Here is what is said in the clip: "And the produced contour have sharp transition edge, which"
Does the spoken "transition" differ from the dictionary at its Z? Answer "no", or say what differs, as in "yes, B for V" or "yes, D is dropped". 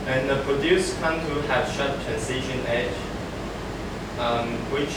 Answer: yes, S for Z